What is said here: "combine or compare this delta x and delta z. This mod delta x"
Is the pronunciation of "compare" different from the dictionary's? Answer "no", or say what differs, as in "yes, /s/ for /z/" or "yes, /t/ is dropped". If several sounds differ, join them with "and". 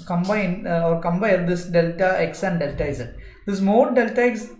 yes, /b/ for /p/